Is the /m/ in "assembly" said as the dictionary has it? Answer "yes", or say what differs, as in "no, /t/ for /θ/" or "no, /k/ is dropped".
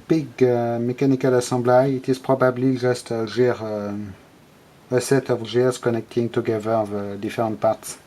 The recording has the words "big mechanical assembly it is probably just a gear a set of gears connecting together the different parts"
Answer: no, /m/ is dropped